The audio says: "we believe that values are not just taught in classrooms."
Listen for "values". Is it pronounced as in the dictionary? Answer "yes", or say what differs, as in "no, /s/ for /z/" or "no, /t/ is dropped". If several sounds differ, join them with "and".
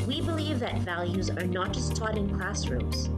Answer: yes